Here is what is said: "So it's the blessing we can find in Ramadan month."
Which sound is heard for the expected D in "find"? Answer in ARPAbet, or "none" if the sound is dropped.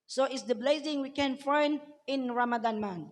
none